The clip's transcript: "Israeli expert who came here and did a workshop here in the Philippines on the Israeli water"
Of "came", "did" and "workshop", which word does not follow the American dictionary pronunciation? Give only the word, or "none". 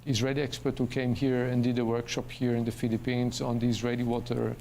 none